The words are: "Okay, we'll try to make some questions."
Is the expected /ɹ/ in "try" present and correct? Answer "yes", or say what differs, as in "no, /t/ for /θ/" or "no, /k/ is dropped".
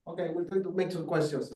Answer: no, /ɹ/ is dropped